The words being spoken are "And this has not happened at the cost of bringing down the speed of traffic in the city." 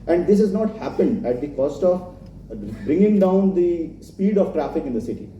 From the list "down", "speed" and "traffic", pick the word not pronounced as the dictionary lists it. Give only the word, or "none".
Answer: none